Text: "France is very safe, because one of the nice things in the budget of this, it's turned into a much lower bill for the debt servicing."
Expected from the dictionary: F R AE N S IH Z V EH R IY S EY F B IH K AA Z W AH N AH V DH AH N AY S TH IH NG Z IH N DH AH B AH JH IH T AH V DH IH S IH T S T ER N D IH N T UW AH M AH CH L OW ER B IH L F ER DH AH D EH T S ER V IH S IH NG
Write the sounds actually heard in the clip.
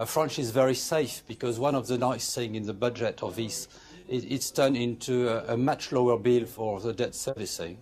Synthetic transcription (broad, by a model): F R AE N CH IH Z V EH R IY S EY F B IH K AA Z W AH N AH V DH AH N AY S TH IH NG IH N DH AH B AH JH IH T AH V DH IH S IH T S T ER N IH N T UW AH M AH CH L OW ER B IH L F ER DH AH D EH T S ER V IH S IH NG